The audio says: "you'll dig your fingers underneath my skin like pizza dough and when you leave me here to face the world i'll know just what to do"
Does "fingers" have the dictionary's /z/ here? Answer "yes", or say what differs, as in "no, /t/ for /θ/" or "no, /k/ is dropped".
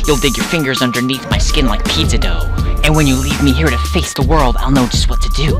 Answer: yes